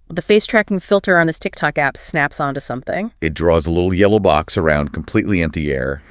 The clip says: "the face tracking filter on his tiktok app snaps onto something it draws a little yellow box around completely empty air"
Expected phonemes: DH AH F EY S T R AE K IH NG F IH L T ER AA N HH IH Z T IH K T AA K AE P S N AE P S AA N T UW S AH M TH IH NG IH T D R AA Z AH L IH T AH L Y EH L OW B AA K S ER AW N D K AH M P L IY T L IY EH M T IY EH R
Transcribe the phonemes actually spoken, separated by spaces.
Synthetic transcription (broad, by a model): DH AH F EY S T R AE K IH NG F IH L T ER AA N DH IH S T IH K T AA K AE P S N AE P S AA N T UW S AH M TH IH NG IH T D R AA Z AH L IH T L Y EH L OW B AA K S ER AW N D K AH M P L IY T L IY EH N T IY EH R